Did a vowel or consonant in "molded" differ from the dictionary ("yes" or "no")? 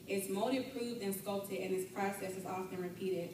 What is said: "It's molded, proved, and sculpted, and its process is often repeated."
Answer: yes